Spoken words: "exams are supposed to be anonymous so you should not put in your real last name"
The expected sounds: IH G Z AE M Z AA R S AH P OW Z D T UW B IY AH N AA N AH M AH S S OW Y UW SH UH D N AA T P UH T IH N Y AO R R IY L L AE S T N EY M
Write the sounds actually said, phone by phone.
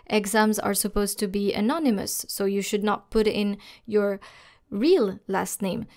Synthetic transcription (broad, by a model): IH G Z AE M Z AA R S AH P OW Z T UW B IY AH N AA N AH M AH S S OW Y UW SH UH D N AA T P UH T IH N Y AO R R IY L L AE S T N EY M